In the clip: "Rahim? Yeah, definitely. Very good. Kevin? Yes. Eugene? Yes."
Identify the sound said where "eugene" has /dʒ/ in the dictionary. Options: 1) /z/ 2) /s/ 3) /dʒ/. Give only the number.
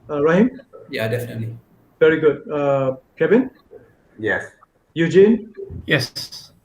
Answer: 3